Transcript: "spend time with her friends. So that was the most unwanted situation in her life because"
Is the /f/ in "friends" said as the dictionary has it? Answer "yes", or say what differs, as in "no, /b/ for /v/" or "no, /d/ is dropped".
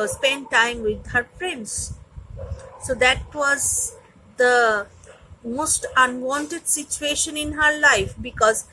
no, /p/ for /f/